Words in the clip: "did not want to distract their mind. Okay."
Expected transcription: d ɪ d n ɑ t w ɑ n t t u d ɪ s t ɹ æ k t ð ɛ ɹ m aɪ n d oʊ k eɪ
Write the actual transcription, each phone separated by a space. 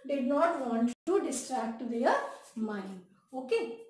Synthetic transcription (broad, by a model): d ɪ d n ɑ t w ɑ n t t u d ɪ s t ɹ æ k t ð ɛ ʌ m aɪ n oʊ k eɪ